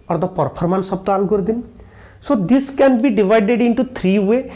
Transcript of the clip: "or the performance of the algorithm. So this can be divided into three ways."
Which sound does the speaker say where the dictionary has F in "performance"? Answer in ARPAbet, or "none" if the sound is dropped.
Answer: P